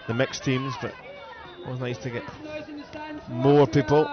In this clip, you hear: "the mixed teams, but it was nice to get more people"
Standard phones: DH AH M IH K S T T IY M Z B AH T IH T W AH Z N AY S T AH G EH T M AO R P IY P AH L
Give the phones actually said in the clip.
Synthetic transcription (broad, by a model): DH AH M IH K S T T IY M Z B AH T IH T W AH Z N AY S T AH G EH T M AO R P IY P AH L